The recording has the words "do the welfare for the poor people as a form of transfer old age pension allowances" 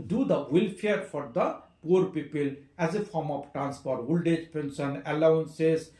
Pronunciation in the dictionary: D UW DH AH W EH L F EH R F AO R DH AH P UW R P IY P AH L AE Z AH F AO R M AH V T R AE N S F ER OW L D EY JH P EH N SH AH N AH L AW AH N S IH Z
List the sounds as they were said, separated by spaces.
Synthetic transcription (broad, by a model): D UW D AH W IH L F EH R F AO R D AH P UW R P IY P AH L AE Z AH F AO R M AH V T R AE N S P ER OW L D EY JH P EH N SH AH N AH L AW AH N S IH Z